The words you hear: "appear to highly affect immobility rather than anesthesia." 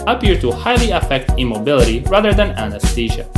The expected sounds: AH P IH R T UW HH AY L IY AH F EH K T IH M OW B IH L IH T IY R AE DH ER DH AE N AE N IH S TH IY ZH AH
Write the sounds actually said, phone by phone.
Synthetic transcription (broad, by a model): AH P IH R T UW HH AY L IY AH F EH K T IH M OW B IH L IH T IY R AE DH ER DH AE N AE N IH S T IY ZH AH